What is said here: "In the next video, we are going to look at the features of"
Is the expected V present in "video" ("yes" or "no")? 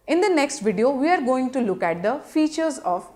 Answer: yes